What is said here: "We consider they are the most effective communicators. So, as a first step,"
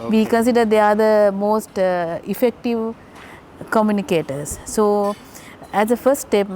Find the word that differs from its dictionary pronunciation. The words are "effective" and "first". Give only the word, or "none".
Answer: none